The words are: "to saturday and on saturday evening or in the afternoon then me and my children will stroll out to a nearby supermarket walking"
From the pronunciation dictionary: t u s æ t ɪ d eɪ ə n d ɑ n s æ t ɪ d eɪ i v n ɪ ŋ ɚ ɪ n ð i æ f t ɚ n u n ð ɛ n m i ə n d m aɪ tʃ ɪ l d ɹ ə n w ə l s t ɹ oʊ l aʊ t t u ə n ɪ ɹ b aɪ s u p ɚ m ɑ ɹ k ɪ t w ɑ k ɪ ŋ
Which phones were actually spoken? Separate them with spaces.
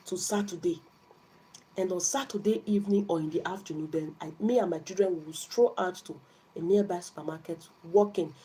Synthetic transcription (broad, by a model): t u s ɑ t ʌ d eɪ ə n d ɑ n s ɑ t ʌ d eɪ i v n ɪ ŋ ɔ ɪ n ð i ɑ f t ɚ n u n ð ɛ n m i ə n m aɪ tʃ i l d ɹ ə n w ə w s t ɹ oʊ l aʊ t t u ə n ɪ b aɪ s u p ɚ m ɑ k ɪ t w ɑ k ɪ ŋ